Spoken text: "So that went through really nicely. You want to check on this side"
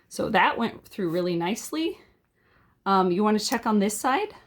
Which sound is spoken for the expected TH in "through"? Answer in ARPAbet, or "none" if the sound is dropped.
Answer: TH